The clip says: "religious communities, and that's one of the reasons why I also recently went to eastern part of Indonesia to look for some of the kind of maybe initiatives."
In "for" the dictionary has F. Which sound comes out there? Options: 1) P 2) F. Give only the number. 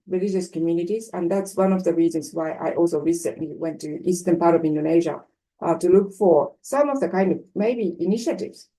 2